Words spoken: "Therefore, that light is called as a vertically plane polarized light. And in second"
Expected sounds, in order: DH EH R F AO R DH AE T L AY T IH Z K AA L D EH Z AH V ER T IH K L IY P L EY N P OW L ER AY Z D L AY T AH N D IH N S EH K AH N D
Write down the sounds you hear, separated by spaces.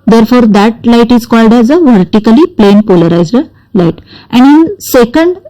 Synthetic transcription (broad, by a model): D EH R F AO R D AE T L AY T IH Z K AA L D EH Z AH V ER T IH K L IY P L EY N P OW L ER AY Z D L AY T AH N D IH N S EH K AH N D